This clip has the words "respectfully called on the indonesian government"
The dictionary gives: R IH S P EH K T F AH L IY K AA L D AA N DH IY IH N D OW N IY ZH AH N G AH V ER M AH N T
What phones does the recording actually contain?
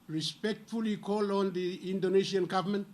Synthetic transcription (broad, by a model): R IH S P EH K T F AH L IY K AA L AA N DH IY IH N D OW N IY S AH N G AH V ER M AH N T